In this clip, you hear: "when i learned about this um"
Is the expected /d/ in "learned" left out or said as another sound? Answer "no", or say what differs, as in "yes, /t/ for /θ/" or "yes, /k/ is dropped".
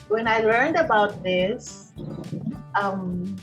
no